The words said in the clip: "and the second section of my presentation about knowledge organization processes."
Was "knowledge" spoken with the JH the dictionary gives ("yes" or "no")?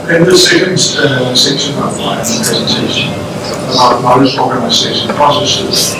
no